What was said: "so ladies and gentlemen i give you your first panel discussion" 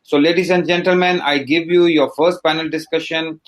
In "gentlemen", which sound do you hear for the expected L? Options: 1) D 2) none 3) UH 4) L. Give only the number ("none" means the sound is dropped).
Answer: 4